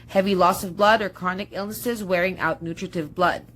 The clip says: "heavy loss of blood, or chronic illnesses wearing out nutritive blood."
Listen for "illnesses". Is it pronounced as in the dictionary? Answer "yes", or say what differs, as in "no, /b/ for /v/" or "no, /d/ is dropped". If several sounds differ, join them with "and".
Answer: yes